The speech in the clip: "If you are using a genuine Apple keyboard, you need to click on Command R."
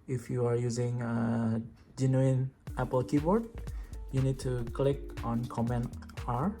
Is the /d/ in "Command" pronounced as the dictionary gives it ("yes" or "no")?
no